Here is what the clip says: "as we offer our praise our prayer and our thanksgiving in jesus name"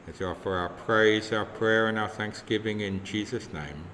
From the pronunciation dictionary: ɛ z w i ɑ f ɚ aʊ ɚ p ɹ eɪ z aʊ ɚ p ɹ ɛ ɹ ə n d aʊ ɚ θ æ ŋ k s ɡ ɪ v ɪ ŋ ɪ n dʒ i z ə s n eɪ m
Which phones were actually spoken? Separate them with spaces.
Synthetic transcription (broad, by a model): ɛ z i ɑ f ɚ aʊ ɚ p ɹ eɪ z aʊ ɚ p ɹ ɛ ɹ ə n aʊ ɚ θ æ ŋ k s ɡ ɪ v ɪ ŋ ɪ n dʒ i z ə s n eɪ m